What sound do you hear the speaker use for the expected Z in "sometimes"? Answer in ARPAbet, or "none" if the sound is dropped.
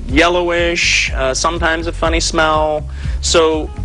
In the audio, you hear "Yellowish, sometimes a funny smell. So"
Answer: Z